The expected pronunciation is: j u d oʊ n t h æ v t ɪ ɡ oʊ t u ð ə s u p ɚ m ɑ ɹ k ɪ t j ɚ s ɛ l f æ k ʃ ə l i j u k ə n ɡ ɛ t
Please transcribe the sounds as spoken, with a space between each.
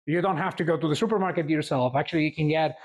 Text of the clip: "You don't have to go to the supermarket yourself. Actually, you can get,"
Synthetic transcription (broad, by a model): j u d oʊ n t h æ f t ɪ ɡ oʊ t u ð ə s u p ɚ m ɑ ɹ k ɪ t j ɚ s ɛ l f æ k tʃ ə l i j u k ə n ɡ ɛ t